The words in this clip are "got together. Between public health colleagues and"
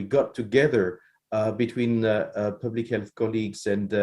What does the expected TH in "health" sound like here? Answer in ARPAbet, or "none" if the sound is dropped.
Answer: TH